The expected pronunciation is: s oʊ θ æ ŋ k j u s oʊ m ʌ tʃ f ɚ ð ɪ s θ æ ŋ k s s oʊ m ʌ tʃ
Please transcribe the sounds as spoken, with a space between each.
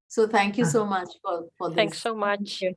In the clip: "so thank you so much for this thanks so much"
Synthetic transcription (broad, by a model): s oʊ t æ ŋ k j u s oʊ m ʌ tʃ f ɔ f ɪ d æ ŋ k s s oʊ m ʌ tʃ